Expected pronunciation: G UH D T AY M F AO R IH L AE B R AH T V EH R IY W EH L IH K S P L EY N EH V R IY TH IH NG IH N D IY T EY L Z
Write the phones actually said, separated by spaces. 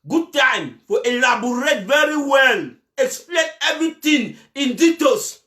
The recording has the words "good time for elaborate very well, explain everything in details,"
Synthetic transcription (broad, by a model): G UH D T AY M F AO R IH L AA B R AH T V EH R IY W EH L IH K S P L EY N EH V R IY T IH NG IH N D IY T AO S